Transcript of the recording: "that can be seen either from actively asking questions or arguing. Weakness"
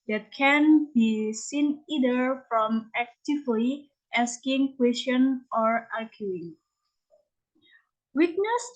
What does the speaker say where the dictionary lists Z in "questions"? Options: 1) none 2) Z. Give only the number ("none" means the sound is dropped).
1